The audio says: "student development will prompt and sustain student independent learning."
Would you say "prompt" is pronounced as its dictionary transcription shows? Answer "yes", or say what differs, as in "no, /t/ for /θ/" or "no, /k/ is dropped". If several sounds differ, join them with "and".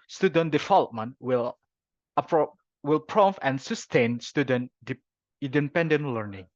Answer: no, /w/ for /ɹ/